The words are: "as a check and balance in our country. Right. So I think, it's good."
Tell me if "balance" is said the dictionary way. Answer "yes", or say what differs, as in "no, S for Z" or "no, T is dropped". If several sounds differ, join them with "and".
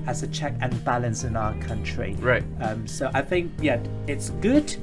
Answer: yes